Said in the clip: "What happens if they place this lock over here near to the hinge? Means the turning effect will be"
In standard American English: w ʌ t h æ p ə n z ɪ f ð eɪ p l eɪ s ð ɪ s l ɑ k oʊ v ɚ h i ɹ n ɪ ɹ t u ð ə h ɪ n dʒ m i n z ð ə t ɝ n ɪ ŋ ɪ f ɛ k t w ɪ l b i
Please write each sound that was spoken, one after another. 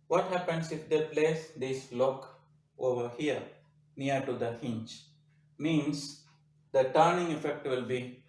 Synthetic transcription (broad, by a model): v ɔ t h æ p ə n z ɪ f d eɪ p l eɪ s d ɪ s l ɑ k oʊ v ɚ h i ɹ n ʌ ɹ t u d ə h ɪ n tʃ m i n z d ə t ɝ n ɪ ŋ ɪ f ɛ k t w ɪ l b i